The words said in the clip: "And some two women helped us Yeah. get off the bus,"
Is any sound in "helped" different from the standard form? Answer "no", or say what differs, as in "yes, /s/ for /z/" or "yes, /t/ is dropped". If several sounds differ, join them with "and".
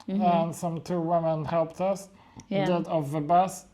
no